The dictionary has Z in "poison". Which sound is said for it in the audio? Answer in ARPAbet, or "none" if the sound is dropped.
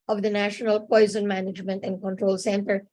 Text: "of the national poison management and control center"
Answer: Z